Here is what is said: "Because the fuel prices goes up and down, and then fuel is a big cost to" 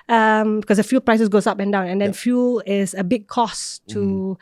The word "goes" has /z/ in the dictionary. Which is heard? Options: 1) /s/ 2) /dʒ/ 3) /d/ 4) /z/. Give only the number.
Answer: 1